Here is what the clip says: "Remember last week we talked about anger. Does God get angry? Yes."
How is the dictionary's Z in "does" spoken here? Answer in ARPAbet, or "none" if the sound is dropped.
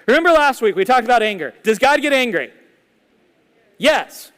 Z